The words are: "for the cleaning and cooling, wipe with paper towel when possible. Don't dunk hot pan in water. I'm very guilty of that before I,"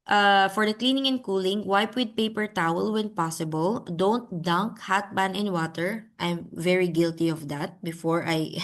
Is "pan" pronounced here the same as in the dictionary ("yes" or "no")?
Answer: no